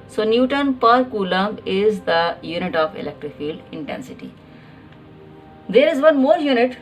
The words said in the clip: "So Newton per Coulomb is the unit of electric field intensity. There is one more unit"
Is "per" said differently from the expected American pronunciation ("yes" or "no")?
no